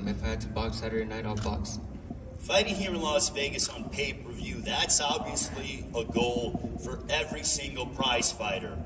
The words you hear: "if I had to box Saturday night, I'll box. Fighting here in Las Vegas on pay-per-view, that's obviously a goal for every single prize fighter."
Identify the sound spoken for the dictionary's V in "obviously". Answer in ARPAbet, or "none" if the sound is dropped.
V